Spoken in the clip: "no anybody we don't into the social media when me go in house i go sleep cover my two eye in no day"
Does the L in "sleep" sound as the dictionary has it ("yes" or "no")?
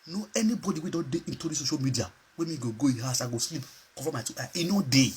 yes